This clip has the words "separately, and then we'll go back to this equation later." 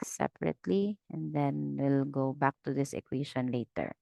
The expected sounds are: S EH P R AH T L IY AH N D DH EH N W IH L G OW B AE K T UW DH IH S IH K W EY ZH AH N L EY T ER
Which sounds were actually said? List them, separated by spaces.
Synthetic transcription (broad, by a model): S EH P R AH T L IY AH N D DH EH N W IH L G OW B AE K T UW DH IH S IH K W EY SH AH N L EY T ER